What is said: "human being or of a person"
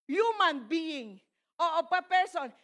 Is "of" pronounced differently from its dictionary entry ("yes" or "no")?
yes